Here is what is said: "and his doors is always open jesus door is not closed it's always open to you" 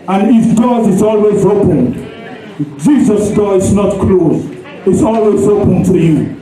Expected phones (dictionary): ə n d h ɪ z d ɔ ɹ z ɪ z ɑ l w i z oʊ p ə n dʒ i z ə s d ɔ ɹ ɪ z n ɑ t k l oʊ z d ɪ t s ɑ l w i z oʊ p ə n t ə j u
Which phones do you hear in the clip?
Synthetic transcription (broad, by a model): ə n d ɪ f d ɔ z ɪ z ɑ l w i z oʊ p ə n dʒ i z ə s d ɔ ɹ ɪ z n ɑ t k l oʊ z ɪ t s ɑ l w i z oʊ p ə n t ə j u